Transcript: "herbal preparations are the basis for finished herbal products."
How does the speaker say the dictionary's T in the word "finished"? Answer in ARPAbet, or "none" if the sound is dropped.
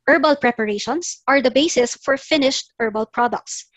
T